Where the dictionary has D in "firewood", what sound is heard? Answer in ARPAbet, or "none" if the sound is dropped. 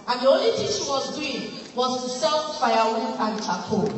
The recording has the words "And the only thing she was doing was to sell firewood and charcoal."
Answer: none